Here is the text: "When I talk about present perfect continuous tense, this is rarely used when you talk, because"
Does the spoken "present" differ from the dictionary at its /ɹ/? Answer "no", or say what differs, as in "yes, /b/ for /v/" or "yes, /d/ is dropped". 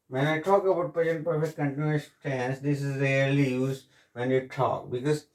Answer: yes, /ɹ/ is dropped